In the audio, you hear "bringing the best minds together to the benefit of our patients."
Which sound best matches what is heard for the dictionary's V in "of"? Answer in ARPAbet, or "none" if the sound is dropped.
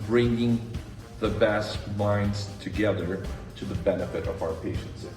V